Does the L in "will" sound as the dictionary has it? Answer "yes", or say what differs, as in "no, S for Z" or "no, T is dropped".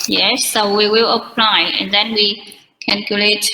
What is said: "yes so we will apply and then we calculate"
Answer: yes